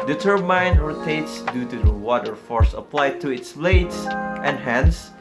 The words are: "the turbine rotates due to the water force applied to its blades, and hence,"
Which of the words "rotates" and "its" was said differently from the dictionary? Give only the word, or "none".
none